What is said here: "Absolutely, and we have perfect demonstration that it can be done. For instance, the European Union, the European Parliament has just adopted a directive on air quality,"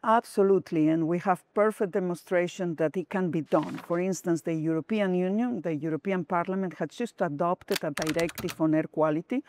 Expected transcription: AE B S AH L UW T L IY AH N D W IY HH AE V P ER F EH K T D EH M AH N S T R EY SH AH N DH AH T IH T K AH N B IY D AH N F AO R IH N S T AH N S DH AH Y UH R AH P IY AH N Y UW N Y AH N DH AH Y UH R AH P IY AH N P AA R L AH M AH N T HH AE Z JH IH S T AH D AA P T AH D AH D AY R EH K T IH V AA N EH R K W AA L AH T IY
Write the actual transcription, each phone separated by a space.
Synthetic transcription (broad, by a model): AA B S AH L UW T L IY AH N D W IY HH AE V P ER F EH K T D EH M AH N S T R EY SH AH N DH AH T IH T K AH N B IY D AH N F AO R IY N S T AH N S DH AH Y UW R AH P IY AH N Y UW N Y AH N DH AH Y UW R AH P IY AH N P AA R L AH M AH N T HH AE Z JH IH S T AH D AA P T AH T AH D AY R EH K T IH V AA N EH R K W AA L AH T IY